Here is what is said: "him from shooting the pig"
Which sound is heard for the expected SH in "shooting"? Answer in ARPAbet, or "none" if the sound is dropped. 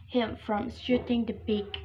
S